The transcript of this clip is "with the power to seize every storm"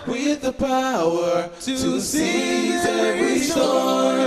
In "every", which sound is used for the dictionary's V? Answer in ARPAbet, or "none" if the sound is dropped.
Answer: none